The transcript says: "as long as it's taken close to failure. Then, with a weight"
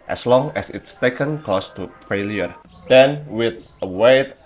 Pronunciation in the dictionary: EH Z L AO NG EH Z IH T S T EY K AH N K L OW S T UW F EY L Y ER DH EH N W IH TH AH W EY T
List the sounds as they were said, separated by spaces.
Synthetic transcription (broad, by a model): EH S L AO NG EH S IH T S T EY K AH N K OW S T UW F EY L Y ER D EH N W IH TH AH W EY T